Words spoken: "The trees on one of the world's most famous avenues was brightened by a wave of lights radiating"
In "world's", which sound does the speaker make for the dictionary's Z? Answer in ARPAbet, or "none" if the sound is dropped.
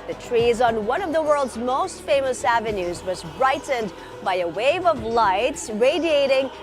Z